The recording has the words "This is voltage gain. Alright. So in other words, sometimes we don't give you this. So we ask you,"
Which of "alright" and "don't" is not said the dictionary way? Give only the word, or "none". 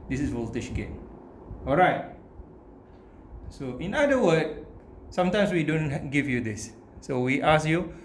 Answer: none